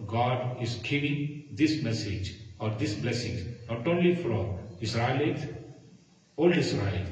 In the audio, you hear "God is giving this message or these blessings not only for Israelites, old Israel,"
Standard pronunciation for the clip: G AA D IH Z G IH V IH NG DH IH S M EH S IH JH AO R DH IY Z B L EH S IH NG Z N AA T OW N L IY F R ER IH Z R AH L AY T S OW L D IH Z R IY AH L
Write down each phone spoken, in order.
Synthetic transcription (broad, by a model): G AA D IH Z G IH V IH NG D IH S M EH S IH JH AO R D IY S B L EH S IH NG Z N AA T OW N L IY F R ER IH S R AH L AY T OW L D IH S R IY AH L